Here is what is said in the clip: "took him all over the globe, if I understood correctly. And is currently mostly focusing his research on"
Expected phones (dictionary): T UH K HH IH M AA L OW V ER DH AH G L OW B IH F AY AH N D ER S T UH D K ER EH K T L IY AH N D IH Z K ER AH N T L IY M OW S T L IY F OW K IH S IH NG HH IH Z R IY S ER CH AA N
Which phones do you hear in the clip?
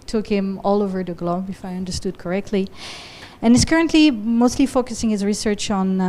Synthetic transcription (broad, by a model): T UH K HH IH M AA L OW V ER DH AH G L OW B IH F AY AH N D ER S T UH D K ER EH K T L IY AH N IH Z K ER AH N T L IY M OW S T L IY F OW K IH S IH NG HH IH Z R IY S ER CH N